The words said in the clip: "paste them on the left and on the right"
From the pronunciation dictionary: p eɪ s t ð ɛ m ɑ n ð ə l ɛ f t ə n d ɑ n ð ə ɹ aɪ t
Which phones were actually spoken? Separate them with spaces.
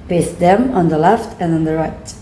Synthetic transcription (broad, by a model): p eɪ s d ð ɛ m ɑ n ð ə l ɛ f t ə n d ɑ n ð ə ɹ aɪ t